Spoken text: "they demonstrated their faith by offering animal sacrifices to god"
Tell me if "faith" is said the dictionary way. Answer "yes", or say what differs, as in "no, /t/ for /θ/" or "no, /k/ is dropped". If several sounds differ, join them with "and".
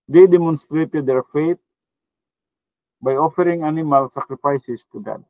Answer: no, /t/ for /θ/